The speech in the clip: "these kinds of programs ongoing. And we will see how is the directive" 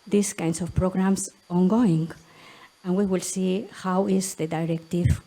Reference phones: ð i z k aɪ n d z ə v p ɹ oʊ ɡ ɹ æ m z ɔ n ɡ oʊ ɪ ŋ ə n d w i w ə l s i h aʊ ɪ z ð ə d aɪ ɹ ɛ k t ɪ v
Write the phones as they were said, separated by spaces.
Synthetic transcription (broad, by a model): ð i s k aɪ n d s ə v p ɹ oʊ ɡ ɹ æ m s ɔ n ɡ oʊ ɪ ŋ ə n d w i w ə l s i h aʊ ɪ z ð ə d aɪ ɹ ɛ k t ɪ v